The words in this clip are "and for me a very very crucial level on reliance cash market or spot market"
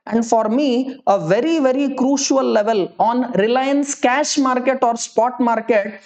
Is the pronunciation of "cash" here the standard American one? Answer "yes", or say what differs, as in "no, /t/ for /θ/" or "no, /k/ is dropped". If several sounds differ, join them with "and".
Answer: yes